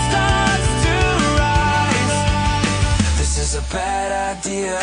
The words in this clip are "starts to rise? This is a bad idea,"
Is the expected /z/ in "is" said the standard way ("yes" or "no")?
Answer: yes